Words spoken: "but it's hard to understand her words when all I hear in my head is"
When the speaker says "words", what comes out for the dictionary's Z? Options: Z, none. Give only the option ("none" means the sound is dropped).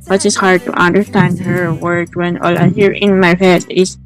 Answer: none